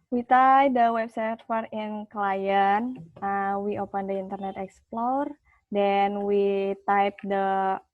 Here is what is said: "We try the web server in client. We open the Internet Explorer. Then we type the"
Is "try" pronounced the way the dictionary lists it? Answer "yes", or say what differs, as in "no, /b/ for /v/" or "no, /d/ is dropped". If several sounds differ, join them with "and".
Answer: no, /ɹ/ is dropped